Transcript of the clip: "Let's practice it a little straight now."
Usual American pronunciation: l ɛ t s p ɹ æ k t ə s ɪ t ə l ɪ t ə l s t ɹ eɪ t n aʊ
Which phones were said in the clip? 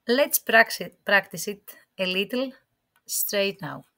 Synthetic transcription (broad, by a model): l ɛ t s p ɹ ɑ k t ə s ɪ t ə l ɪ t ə l s t ɹ eɪ t n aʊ